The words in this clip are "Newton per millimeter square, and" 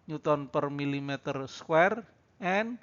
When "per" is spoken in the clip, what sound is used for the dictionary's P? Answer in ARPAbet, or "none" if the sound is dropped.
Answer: P